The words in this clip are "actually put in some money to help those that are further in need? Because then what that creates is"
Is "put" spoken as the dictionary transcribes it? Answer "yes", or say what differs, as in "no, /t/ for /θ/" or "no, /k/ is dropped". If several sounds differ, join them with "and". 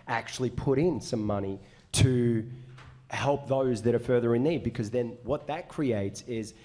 yes